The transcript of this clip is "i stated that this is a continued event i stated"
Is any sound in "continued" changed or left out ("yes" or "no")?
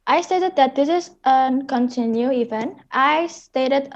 yes